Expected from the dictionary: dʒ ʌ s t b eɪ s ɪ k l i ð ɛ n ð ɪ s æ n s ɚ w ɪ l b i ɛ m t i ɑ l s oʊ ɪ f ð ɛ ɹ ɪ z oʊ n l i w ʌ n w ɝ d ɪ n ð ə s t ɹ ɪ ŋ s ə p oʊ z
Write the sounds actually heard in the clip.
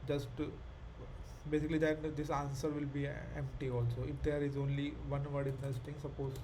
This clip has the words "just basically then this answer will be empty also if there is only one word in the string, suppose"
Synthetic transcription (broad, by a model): dʒ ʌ s t b eɪ s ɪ k l i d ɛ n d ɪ s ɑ n s ɚ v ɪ l b i ɛ m t i ɑ l s oʊ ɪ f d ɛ ɹ ɪ z oʊ n l i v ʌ n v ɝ d ɪ n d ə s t ɪ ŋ s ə p oʊ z